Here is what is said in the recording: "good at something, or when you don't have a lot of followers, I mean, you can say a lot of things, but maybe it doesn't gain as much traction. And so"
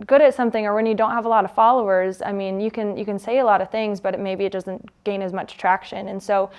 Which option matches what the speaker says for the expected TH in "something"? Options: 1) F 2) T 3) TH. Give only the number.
3